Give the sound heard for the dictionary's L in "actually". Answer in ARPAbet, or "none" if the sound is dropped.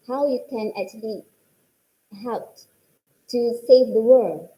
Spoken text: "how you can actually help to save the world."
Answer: L